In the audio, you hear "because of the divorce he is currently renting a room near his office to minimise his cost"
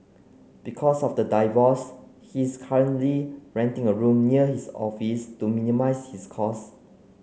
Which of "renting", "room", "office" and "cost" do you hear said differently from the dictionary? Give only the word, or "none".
cost